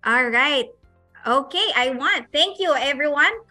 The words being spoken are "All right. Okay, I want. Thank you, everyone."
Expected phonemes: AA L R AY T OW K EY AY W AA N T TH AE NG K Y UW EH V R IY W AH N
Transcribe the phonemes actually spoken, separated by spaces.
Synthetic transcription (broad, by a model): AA L R AY T OW K EY AY W AA N T TH AE NG K Y UW EH V R IY W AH N